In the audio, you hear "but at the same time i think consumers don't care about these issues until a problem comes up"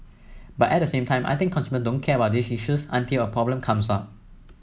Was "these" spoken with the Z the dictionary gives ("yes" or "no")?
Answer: no